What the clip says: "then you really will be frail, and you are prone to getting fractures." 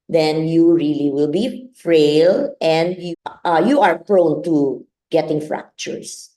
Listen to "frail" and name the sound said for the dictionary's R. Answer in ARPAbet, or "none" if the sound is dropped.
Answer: R